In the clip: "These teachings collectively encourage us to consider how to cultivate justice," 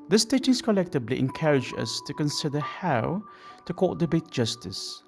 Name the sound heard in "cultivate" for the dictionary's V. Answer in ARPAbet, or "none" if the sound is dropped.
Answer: B